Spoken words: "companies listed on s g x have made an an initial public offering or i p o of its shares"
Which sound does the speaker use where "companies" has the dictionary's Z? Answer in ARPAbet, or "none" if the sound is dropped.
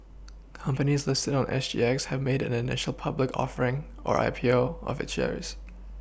Z